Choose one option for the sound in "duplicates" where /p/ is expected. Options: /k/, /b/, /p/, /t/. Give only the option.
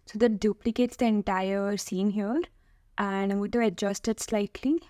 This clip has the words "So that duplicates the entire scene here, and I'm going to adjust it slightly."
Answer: /p/